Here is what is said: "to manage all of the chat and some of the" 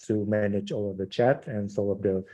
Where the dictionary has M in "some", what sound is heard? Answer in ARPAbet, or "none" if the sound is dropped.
none